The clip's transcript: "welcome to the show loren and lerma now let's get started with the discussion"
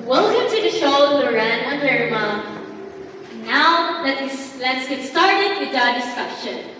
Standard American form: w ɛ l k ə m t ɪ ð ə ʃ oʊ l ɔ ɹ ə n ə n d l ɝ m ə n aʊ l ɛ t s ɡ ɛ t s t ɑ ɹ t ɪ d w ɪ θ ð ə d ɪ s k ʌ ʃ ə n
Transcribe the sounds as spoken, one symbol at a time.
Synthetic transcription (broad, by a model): w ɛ l k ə m t ɪ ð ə ʃ oʊ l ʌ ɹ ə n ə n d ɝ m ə n aʊ l ɛ t s ɡ ɛ t s t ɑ ɹ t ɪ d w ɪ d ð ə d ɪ s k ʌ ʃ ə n